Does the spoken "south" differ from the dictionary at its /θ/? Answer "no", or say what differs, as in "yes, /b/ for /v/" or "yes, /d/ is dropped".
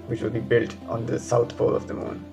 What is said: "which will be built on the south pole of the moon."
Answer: yes, /t/ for /θ/